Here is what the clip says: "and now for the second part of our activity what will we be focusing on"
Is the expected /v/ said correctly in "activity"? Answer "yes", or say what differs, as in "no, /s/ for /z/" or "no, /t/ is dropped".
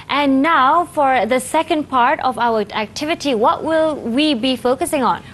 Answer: yes